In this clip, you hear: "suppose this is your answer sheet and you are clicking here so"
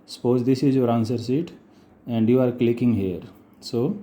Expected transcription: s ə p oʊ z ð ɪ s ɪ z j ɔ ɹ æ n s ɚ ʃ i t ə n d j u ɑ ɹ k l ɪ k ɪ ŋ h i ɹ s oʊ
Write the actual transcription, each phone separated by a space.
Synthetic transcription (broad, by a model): s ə p oʊ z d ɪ s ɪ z j ɔ ɹ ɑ n s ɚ s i t ə n d j u ɑ ɹ k l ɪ k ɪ ŋ h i ɹ s oʊ